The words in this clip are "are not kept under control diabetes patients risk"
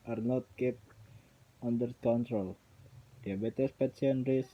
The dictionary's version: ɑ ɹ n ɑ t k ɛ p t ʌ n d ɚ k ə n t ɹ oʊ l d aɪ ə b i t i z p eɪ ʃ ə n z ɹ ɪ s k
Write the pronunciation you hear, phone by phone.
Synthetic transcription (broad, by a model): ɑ ɹ n ɑ t k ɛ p ʌ n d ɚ k ə n t ɹ oʊ l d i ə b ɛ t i s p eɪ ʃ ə n ɹ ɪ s